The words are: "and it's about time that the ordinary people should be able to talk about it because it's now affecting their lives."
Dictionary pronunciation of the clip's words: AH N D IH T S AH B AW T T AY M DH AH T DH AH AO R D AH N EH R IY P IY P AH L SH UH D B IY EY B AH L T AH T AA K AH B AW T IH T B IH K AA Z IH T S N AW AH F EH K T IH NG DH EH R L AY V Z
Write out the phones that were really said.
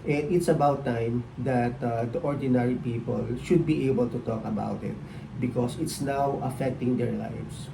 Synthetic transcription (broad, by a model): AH N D IH T S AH B AW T T AY M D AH T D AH AO R D AH N EH R IY P IY P AH L SH UH D B IY EY B AH L T AH T AA K AH B AW T IH T B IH K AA S IH T S N AW AH F EH K T IH NG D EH R L AY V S